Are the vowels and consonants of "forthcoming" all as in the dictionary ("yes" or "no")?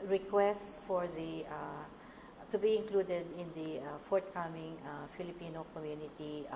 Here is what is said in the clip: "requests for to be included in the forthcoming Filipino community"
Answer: no